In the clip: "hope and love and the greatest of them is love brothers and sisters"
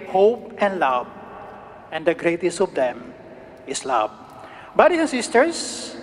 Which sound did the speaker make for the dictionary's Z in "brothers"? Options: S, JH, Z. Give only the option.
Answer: S